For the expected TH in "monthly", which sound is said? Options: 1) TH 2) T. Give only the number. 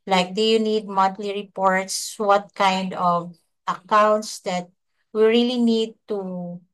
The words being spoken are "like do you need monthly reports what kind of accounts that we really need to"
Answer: 2